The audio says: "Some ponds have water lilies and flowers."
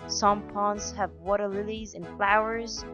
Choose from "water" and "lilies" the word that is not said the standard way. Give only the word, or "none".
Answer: none